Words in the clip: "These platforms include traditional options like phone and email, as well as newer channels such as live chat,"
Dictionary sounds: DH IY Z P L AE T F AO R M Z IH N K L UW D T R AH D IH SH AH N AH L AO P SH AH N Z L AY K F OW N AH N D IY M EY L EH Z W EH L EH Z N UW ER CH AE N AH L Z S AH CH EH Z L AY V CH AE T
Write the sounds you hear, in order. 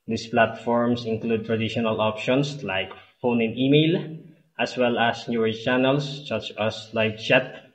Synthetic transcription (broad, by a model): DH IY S P L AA T F AO R M S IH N K L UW D T R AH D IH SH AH N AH L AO P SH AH N S L AY K F OW N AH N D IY M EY L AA S W EH L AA S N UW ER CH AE N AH L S S AH CH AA S L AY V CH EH T